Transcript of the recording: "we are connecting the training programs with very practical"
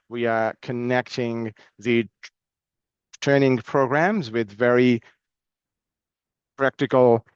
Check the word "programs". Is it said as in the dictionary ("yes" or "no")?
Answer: yes